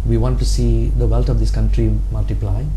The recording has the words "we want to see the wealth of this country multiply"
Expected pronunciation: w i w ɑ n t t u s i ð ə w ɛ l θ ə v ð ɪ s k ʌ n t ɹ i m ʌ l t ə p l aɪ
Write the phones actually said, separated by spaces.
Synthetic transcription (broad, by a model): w i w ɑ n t t u s i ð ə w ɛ l t ə v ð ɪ s k ʌ n t ɹ i m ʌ l t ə p l aɪ